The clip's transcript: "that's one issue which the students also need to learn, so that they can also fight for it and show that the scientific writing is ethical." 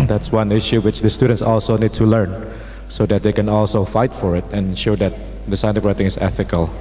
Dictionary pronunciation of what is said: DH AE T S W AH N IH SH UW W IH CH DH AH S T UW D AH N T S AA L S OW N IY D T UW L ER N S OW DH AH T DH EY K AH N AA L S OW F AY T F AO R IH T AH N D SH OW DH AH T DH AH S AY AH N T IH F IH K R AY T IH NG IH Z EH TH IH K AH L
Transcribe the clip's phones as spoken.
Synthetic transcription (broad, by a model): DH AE T S W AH N IH SH UW W IH CH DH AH S T UW D AH N T S AA L S OW N IY D T UW L ER N S OW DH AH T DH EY K AH N AA L S OW F AY T F AO R IH T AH N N SH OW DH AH T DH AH S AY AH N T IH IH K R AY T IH NG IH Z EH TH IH K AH L